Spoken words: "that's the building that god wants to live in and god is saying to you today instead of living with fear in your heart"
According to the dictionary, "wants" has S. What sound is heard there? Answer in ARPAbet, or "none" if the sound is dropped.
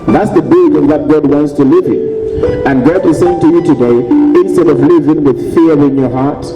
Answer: S